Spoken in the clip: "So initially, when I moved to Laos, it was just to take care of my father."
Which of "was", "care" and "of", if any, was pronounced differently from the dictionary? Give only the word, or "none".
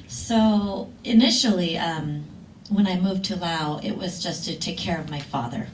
none